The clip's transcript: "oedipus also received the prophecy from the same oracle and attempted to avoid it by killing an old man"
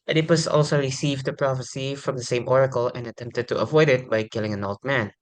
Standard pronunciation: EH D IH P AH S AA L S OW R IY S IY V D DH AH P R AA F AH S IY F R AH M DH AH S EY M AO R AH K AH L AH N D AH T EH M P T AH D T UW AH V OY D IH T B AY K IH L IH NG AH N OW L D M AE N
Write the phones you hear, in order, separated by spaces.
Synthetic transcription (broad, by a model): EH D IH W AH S AA L S OW R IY S IY V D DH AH P R AA F AH S IY F R AH M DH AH S EY M AO R AH K AH L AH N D AH T EH M P T AH D T UW AH V OY D IH T B AY K IH L IH NG AH N OW L D M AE N